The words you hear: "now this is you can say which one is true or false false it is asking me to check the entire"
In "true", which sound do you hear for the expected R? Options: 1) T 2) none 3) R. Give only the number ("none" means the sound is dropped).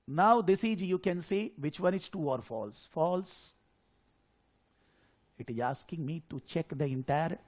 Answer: 2